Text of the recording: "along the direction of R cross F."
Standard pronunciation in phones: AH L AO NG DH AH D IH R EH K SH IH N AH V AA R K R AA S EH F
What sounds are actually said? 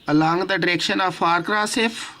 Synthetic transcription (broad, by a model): AH L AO NG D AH D IH R EH K SH IH N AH P AA R K R AA S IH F